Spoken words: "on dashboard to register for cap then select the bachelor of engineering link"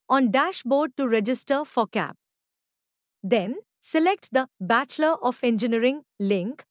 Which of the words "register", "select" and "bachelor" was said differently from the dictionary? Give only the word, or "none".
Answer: none